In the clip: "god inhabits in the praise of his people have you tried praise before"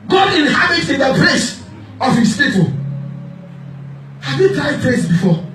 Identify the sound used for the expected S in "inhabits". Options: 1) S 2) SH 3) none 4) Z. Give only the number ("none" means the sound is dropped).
3